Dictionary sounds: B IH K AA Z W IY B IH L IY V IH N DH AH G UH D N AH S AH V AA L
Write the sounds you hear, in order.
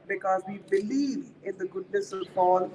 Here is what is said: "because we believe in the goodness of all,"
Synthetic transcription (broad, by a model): B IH K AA Z W IY B IH L IY V IH N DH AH G UH D N AH S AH P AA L